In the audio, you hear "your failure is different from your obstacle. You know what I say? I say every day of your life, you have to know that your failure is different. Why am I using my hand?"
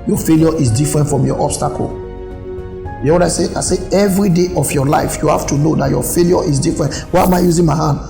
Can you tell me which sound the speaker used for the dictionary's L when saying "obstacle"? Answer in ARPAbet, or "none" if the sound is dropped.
L